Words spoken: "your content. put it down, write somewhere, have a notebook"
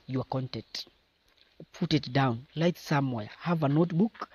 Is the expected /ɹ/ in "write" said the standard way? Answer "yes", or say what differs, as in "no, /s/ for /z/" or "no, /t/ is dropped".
no, /l/ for /ɹ/